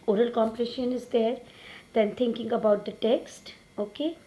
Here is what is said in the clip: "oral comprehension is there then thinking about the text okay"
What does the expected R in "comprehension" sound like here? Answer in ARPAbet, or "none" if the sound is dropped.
none